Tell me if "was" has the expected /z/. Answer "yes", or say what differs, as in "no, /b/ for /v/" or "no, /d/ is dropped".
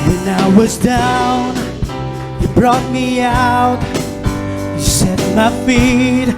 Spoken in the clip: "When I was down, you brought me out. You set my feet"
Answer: yes